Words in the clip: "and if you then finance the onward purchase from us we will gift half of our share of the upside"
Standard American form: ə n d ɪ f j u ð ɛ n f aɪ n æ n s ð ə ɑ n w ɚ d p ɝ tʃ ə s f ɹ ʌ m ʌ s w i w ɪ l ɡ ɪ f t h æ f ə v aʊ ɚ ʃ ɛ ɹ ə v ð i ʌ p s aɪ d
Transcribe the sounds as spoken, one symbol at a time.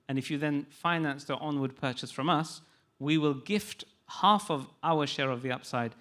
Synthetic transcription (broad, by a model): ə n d ɪ f j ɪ ð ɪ n f aɪ n æ n s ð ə ɑ n w ɚ d p ɝ tʃ ə s f ɹ ʌ m ʌ s w i w ɪ l ɡ ɪ f t h æ f ə v aʊ ɚ ʃ ɛ ɹ ə v ð i ʌ p s aɪ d